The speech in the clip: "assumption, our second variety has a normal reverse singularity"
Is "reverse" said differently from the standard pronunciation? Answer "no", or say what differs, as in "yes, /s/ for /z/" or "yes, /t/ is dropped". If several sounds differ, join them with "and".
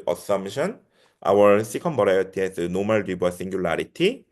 yes, /b/ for /v/